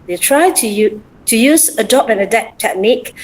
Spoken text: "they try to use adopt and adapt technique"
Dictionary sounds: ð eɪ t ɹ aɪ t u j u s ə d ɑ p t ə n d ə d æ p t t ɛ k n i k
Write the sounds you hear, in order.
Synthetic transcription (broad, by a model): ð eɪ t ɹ aɪ t u j u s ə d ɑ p ə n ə d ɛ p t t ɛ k n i k